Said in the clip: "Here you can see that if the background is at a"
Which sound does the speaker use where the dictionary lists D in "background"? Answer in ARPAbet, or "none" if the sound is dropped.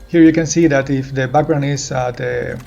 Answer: none